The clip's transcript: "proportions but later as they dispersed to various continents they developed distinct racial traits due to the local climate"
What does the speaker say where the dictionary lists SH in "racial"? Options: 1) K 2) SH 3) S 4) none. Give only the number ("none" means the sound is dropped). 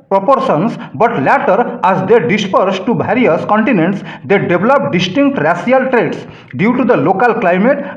3